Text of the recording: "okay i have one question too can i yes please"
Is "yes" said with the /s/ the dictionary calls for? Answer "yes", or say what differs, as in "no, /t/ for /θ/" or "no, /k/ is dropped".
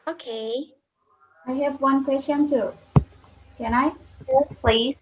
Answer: no, /s/ is dropped